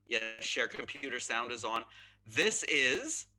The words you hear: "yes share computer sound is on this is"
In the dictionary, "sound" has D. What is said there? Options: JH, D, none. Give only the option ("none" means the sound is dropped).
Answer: D